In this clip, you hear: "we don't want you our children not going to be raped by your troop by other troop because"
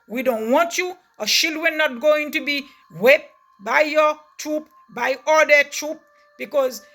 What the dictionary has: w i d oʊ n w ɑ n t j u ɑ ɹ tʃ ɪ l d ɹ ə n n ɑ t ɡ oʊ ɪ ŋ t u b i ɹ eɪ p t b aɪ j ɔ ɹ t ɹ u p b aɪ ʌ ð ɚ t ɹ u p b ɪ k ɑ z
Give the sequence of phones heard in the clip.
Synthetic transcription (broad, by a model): w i d oʊ n w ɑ n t j u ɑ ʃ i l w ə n n ɑ t ɡ oʊ ɪ ŋ t u b i w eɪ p b aɪ j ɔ t ɹ u p b aɪ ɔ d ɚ t ɹ u p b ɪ k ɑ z